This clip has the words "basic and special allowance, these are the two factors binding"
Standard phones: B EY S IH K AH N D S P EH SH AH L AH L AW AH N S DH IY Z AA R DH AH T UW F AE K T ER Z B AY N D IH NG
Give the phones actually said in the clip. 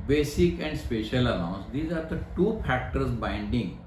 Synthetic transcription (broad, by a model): B EY S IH K AH N D S P EH SH AH L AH N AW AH N S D IY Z AA R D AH T UW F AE K T ER S B AY N D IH NG